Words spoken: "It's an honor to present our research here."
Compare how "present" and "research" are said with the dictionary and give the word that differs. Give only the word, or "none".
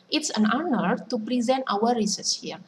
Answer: research